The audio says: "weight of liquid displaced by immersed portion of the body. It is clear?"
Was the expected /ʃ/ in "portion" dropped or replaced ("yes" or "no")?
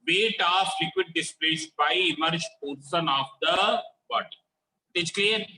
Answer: yes